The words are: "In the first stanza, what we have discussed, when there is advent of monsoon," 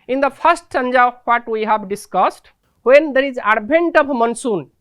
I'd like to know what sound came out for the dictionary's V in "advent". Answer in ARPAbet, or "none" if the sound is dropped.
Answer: B